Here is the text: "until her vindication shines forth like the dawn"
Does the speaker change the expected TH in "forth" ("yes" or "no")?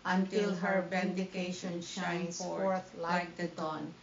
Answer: yes